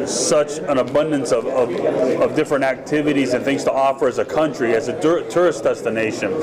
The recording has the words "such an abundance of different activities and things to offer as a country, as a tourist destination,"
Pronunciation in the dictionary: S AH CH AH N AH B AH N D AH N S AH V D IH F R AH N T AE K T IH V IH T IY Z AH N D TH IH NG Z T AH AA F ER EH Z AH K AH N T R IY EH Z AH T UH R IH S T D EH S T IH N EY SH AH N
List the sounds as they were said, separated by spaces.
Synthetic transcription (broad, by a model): S AH CH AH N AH B AH N D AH N S AH V D IH F R AH N T AE K T IH V IH T IY Z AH N TH IH NG Z T AH AA F ER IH Z AH K AH N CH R IY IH Z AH T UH R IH S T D EH S T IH N EY SH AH N